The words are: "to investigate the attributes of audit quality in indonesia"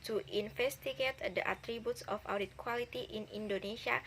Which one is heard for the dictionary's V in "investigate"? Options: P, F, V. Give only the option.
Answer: F